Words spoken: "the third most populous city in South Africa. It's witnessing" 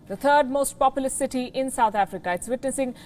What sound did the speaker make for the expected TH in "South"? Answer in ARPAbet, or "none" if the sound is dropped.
T